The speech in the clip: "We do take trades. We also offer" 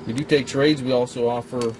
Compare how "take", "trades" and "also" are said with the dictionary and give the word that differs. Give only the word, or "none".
none